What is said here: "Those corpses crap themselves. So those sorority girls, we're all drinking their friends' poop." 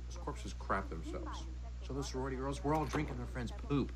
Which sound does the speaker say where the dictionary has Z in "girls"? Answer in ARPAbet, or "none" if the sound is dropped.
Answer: Z